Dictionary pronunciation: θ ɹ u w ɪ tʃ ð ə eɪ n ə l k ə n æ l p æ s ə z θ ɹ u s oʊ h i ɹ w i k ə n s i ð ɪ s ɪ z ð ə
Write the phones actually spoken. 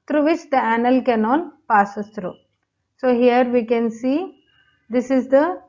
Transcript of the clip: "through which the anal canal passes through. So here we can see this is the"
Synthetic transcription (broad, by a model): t ɹ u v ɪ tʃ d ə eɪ n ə l k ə n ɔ n p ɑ s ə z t ɹ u s oʊ h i ɹ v i k ə n s i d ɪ s ɪ z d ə